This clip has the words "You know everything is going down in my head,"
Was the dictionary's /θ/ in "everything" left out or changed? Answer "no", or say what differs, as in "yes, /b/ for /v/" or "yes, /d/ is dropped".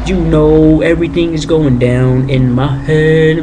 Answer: no